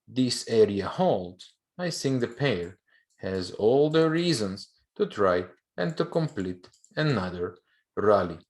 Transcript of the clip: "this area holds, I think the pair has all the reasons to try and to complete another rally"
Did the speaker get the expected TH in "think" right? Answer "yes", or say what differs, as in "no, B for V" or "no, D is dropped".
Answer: no, S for TH